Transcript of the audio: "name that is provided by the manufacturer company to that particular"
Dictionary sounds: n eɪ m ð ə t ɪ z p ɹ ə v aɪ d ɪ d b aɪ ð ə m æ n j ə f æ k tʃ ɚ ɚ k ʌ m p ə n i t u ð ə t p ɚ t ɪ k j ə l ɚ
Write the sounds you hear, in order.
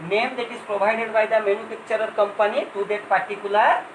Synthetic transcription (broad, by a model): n eɪ m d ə t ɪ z p ɹ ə b aɪ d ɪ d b aɪ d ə m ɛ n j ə p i k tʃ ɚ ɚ k ʌ m p ə n i t u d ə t p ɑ t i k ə l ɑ